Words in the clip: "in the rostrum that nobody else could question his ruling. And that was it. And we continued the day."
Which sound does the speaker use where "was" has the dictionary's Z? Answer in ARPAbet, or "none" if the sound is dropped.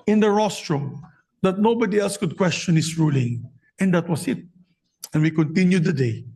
S